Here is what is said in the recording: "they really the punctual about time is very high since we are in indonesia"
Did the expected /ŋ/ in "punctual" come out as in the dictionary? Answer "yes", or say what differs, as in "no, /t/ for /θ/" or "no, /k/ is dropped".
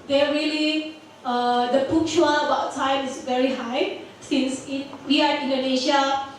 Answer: no, /ŋ/ is dropped